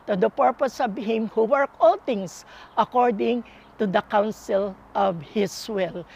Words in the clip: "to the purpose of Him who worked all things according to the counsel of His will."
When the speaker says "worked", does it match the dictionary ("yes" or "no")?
no